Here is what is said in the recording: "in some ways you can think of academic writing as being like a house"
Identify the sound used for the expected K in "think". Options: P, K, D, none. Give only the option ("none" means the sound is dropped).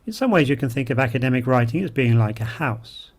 K